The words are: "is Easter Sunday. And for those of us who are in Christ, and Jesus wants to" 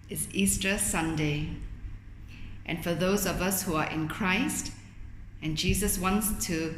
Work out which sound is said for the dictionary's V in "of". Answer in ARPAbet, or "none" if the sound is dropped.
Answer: V